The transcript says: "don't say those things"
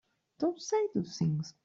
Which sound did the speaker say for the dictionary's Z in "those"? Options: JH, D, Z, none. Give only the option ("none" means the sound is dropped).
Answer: none